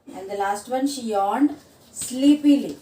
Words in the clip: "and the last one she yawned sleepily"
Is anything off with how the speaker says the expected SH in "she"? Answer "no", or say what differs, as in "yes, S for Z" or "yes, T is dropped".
no